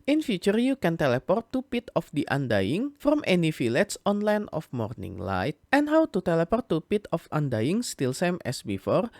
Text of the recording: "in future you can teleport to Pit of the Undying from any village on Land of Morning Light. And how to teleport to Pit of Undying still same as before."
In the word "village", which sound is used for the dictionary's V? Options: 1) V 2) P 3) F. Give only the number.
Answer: 3